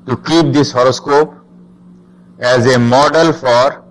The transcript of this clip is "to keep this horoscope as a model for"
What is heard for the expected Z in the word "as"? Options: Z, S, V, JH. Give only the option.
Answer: Z